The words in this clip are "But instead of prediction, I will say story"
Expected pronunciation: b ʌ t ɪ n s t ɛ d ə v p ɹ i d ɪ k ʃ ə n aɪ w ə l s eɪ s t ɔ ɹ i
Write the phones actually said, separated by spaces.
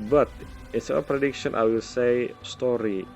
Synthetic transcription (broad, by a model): b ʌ t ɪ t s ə p ɹ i d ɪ k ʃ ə n aɪ w ə l s eɪ s t ɔ ɹ i